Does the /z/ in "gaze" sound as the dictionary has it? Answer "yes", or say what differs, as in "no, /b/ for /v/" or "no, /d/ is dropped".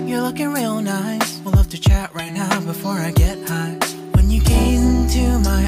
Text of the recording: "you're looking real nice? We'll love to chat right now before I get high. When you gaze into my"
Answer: no, /z/ is dropped